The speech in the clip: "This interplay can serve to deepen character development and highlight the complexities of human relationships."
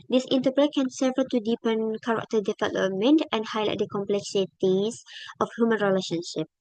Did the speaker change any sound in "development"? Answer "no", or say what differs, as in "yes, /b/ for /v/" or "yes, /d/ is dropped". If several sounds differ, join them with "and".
yes, /f/ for /v/ and /p/ is dropped